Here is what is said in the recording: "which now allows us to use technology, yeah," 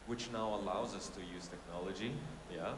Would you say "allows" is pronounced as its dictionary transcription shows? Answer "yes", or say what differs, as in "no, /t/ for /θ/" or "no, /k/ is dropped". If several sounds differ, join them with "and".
yes